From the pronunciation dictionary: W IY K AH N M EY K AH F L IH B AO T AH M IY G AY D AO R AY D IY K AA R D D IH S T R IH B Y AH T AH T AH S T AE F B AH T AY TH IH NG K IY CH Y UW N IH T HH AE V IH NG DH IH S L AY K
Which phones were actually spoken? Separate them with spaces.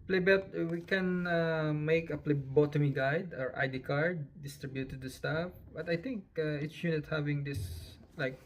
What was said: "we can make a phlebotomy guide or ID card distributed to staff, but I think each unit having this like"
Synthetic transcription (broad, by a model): W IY K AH N M EY K AH P L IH B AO T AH M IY G AY D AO R AY D IY K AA R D D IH S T R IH B Y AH T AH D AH S T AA F B AH T AY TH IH NG K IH S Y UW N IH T HH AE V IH NG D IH S L AY K